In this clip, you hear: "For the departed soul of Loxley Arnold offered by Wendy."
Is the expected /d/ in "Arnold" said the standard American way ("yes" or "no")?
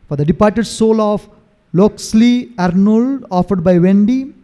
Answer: yes